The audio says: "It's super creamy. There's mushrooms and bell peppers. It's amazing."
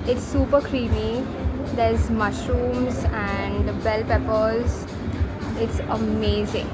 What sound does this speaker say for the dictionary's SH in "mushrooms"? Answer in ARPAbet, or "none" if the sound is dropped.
SH